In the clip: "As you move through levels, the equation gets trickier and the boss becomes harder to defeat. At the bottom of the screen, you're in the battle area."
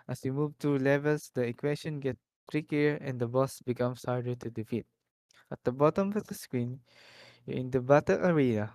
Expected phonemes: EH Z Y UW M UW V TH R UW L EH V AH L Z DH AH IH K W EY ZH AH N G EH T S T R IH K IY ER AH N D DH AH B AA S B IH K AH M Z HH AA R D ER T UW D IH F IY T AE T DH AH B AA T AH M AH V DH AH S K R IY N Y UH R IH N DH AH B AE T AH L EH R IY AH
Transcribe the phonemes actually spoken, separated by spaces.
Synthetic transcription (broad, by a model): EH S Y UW M UW V T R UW L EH V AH L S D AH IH K W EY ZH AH N G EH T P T R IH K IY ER AH N D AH B AA S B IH K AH M S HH AA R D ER T UW D IH F IY T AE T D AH B AA T AH M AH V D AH S K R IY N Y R IH N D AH B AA T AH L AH R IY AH